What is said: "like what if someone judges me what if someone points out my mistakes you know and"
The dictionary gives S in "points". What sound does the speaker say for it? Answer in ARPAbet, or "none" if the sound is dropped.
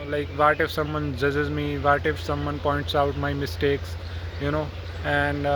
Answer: S